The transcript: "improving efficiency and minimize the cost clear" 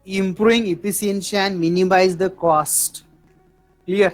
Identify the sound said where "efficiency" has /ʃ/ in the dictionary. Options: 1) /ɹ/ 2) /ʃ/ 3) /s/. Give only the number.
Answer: 3